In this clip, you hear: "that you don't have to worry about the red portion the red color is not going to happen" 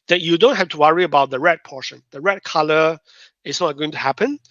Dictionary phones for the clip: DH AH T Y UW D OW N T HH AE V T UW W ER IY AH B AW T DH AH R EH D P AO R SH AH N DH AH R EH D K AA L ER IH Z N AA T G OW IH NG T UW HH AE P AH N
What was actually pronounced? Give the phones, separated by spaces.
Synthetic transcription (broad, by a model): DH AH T Y UW D OW N T HH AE F T UW W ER IY AH B AW T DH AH R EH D P AO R SH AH N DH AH R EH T K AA L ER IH S N AA T G OW IH NG T UW HH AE P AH N